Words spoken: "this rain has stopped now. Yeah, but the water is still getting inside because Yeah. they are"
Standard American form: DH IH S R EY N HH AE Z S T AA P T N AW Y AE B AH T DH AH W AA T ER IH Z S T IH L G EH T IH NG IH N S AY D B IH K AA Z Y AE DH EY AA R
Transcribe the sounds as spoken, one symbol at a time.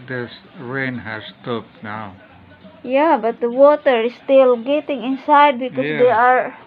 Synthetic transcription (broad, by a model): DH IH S R EY N HH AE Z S T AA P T N AW Y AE B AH T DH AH W AA T ER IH S T IH L G EH T IH NG IH N S AY D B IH K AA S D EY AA R